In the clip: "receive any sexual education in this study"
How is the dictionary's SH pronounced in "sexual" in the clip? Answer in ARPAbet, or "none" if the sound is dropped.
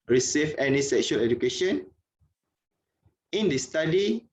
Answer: SH